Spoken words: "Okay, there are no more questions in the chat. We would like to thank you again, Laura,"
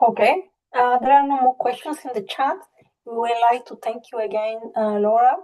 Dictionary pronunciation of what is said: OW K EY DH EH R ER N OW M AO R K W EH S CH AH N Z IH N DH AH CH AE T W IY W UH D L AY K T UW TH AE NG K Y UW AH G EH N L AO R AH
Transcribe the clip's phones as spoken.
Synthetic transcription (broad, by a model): OW K EY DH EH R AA N OW M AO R K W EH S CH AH N S IH N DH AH CH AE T W IY W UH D L AY K T UW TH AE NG K Y UW AH G EH N L AO R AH